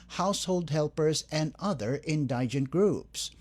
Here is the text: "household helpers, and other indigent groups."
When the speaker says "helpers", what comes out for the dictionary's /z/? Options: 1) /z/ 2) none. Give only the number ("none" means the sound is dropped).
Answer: 1